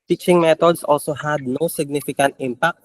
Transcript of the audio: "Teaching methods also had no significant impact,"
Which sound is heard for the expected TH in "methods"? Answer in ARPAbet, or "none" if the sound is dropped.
T